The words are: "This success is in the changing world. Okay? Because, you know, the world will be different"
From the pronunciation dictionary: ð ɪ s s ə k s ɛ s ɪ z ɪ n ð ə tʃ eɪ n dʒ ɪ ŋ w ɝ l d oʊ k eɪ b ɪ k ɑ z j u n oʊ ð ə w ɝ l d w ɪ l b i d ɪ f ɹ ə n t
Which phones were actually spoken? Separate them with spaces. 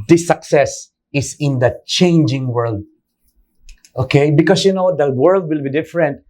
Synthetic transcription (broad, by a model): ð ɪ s s ə k s ɛ s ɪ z ɪ n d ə tʃ eɪ n dʒ ɪ ŋ w ɝ l d oʊ k eɪ b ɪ k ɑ s j u n oʊ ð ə w ɝ l d w ɪ l b i d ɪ f ɹ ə n t